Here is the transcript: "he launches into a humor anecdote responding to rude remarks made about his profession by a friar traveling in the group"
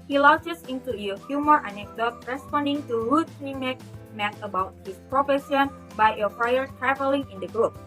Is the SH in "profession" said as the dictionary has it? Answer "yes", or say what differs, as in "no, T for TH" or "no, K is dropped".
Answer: no, S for SH